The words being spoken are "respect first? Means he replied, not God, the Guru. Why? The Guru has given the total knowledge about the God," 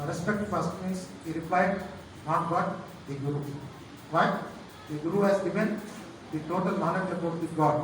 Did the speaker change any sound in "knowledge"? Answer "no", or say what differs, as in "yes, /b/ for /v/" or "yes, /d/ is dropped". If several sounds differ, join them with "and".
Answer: yes, /n/ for /l/